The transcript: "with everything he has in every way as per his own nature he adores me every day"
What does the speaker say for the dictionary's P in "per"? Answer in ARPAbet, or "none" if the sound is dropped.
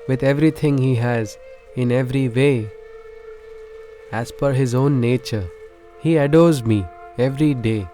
F